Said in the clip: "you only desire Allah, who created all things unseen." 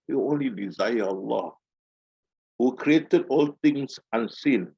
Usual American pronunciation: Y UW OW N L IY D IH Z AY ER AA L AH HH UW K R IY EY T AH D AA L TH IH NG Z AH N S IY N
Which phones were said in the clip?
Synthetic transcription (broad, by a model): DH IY OW N L IY D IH Z AY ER AA L AH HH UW K R IY EY T AH D AA L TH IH NG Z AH N S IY N